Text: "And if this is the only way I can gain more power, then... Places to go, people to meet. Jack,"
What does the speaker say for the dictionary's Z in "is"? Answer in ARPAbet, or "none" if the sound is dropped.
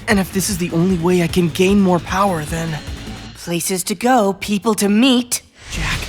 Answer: Z